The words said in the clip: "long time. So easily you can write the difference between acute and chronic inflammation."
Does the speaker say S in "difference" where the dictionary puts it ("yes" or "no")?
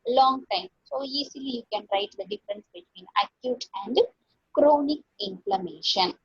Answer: yes